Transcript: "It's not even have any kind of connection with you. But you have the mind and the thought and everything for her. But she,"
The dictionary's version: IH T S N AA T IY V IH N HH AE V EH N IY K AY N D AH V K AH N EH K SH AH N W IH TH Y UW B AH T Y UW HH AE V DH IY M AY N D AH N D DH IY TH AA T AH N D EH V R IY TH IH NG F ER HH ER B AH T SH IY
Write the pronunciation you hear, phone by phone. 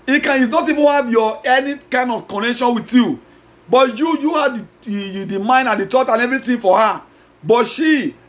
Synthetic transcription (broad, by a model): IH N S N AA T IY V IH N HH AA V EH N IY K AY N D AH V K AH N EH K SH AH N W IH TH Y UW B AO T Y UW HH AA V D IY M AY N D AH N D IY T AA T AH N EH V R IY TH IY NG F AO HH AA B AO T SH IY